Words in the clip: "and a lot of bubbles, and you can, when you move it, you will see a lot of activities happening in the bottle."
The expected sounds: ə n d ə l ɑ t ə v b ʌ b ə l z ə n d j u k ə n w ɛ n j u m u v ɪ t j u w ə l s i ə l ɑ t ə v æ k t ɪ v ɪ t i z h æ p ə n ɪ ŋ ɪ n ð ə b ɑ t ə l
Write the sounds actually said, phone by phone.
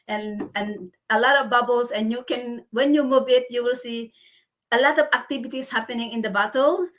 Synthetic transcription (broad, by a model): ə n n ə l ɑ t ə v b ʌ b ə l s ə n j u k ə n w ɛ n j u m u b ɪ t j u w ə l s i ə l ɑ t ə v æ k t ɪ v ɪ t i s h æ p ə n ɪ ŋ ɪ n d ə b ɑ t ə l